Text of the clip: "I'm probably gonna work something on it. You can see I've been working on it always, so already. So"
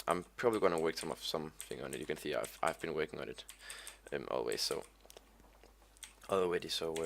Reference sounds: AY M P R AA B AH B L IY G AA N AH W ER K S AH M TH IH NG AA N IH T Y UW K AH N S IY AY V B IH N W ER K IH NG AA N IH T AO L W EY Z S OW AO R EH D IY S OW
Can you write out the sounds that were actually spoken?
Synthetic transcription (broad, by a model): AY M P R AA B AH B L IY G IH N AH W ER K S AH M TH IH NG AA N IH T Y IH K AH N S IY AY V B IH N W ER K IH NG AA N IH T AO L W EY Z S OW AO W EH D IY S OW